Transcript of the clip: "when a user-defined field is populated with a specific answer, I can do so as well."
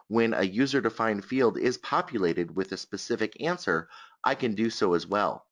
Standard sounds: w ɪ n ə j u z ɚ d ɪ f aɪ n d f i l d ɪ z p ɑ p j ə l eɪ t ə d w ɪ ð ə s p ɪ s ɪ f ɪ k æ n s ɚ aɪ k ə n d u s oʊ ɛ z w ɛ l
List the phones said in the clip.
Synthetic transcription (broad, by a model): w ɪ n ə j u z ɚ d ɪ f aɪ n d f i l d ɪ z p ɑ p j ə l eɪ t ə d w ɪ ð ə s p ɪ s ɪ f ɪ k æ n s ɚ aɪ k ə n d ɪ s oʊ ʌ z w ɛ l